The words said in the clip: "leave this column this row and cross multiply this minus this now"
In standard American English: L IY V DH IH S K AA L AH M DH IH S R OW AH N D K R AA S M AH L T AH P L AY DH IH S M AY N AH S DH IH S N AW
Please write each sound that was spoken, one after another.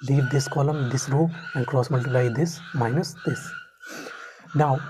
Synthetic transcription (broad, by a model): L IY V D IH S K AA L AH M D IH S R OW AH N D K R AA S M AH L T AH L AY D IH S M AY N AH S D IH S N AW